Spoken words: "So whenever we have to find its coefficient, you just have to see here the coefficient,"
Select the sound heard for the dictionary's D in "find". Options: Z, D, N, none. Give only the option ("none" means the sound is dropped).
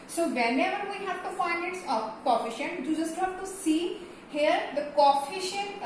none